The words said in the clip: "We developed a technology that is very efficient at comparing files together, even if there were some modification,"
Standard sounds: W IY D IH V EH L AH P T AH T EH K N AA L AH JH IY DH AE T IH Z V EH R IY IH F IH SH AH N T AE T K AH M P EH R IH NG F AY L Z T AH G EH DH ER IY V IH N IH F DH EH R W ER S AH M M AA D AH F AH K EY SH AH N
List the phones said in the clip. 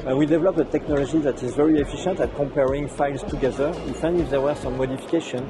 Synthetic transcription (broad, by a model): W IY D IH V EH L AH P AH T EH K N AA L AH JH IY DH AE T IH Z V EH R IY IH F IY SH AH N T AE T K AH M P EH R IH NG F AY L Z T AH G EH DH ER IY F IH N IH F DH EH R W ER S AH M M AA D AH F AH K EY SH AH N